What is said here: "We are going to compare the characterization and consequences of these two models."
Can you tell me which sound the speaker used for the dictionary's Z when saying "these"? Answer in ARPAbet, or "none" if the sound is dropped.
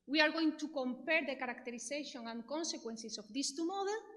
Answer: S